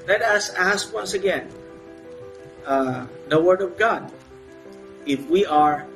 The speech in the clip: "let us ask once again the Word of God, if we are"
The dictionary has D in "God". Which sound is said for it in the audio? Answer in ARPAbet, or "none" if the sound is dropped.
D